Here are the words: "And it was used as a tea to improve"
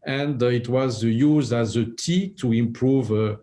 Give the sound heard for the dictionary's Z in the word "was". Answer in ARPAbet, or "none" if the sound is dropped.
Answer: Z